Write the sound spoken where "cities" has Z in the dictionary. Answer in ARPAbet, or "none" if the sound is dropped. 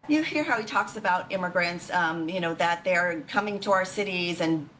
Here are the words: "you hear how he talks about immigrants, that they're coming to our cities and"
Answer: Z